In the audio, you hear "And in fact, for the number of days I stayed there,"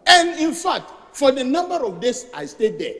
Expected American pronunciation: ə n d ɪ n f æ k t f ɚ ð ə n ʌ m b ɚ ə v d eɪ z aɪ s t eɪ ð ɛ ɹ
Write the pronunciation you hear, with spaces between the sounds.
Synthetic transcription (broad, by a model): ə n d ɪ n f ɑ k t f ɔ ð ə n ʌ m b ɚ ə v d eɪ s aɪ s t eɪ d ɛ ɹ